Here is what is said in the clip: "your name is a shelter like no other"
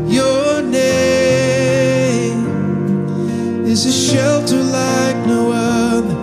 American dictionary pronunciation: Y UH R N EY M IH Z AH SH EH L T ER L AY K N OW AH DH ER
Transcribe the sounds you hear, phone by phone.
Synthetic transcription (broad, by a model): Y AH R N EY M IH Z AH SH EH L T ER L AY K N OW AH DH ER